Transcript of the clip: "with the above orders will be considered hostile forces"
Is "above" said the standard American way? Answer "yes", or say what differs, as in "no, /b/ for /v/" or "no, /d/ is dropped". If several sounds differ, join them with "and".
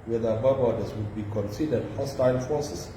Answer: no, /b/ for /v/